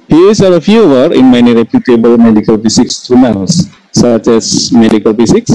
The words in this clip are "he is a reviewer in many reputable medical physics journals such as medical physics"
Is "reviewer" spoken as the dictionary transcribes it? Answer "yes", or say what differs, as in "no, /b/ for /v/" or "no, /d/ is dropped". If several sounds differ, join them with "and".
no, /f/ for /v/